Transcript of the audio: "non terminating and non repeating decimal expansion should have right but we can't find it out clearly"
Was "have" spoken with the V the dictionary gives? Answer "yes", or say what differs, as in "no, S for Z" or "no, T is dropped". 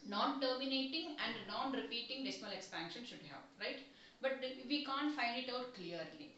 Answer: no, P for V